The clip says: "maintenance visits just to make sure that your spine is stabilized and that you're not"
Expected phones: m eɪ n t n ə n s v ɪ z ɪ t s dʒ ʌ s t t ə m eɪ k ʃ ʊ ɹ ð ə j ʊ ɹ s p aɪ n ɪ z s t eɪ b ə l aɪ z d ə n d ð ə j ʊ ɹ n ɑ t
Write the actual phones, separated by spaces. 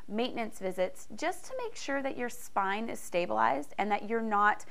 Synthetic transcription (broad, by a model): m eɪ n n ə n s v ɪ z ɪ t s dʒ ʌ s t t ə m eɪ k ʃ ʊ ɹ ð ə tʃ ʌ ɹ s p aɪ n ɪ z s t eɪ b ə l aɪ z d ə n ð ə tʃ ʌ ɹ n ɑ t